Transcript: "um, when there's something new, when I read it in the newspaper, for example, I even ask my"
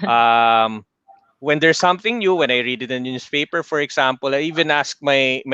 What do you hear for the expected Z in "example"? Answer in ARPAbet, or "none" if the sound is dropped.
S